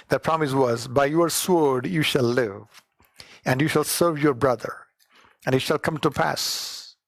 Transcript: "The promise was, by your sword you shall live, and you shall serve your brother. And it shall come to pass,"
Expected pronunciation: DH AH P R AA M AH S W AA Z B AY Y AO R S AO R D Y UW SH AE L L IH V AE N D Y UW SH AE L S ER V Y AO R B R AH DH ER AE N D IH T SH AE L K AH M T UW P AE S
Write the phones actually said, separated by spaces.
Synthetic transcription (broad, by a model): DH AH P R AA M AH S W AA Z B AY Y AO R S AO R D Y UW SH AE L L IH V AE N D Y UW SH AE L S ER V Y AO R B R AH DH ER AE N IH T SH AE L K AH M T UW P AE S